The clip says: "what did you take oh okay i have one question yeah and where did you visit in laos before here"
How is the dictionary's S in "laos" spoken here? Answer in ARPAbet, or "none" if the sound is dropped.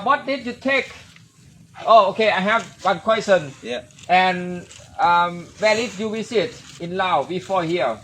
none